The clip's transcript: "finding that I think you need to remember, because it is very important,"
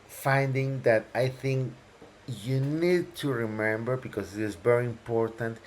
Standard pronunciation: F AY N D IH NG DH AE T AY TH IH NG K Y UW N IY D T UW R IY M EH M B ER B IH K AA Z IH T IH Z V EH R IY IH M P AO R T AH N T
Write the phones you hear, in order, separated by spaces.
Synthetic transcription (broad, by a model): F AY N D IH NG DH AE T AY TH IH NG K Y UW N IY D T UW R IY M EH M B ER B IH K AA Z IH T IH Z V EH R IY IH M P AO R T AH N T